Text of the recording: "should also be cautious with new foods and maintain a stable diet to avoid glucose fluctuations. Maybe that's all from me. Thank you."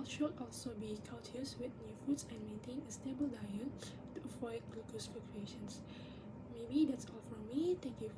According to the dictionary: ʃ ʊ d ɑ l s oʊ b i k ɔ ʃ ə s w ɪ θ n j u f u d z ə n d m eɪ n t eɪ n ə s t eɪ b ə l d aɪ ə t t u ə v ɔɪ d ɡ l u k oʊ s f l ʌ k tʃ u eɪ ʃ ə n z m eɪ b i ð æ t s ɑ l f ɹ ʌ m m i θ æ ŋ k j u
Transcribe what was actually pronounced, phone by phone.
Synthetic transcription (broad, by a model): ʃ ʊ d ɑ l s oʊ b i k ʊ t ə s w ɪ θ n j u f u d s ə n m eɪ n t eɪ n ə s t eɪ b ə l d aɪ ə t t u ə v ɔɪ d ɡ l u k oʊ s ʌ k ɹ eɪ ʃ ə n s m eɪ b i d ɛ t s ɑ l f ɹ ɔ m m i t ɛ k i